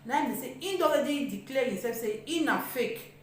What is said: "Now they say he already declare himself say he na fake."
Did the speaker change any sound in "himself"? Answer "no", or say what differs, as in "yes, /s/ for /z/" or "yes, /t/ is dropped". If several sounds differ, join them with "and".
yes, /m/ is dropped